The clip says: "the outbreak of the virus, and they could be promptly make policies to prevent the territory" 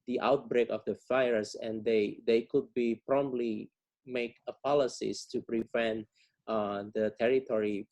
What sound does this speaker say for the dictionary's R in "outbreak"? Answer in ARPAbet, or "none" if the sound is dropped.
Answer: R